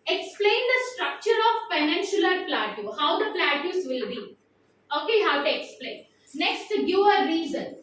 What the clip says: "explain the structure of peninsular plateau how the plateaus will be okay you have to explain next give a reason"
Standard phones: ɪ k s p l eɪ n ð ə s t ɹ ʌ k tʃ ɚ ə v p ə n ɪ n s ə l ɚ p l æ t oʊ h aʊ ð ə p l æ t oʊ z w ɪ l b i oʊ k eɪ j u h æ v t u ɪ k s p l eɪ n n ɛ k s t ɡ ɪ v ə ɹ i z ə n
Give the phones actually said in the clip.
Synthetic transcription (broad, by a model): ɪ k s p l eɪ n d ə s t ɹ ʌ k tʃ ɚ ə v f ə n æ n ʃ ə l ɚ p l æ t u h aʊ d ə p l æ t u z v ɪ l b i oʊ k eɪ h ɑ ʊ t u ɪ k s p l eɪ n n ɛ k s t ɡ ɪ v ə ɹ i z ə n